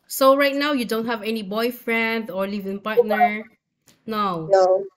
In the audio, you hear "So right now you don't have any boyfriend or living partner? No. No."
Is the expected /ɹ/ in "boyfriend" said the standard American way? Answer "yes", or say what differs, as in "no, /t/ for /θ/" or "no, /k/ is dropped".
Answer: yes